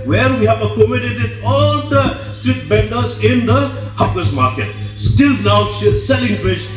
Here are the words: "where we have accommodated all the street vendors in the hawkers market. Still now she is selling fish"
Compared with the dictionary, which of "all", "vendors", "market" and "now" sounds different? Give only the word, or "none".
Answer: vendors